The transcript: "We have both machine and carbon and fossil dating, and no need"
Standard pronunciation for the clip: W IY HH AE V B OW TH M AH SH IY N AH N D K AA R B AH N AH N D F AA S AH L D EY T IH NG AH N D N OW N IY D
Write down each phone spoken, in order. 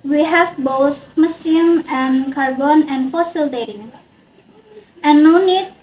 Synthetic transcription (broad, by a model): W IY HH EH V B OW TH M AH S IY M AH N K AA R B AH N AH N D F AA S AH L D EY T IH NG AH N N OW N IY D